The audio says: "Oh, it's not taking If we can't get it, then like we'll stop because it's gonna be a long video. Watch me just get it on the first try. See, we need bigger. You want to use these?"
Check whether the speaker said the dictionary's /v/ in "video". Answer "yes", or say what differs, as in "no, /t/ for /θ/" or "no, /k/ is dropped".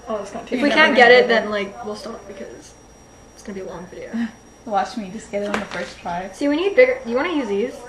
no, /f/ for /v/